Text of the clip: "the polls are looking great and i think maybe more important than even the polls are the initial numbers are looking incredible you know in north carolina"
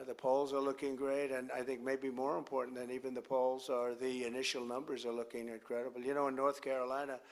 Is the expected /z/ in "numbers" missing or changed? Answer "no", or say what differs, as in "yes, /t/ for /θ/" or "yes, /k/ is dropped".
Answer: no